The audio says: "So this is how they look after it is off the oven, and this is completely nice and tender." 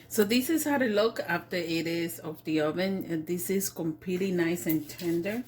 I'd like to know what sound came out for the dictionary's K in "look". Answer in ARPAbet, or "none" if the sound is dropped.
K